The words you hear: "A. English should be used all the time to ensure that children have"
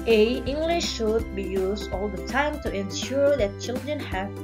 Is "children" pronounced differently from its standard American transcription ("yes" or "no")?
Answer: no